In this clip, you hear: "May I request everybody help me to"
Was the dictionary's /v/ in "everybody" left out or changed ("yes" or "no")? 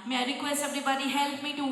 yes